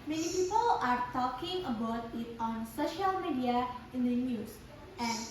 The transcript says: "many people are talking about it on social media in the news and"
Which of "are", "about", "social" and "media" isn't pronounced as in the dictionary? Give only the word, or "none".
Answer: none